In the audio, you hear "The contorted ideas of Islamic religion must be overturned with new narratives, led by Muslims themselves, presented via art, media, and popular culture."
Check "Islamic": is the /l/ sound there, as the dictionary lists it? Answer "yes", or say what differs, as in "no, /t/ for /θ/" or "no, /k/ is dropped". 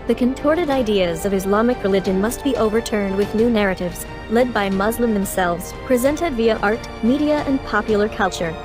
yes